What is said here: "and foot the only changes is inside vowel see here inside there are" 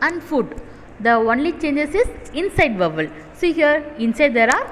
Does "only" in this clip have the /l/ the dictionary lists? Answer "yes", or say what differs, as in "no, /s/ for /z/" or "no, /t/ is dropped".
yes